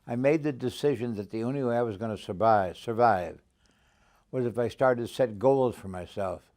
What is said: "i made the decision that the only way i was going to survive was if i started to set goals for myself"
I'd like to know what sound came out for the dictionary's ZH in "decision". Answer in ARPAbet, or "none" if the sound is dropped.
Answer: ZH